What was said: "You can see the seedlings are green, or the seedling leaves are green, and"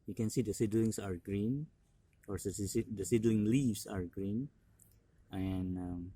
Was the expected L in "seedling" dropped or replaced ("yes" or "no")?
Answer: no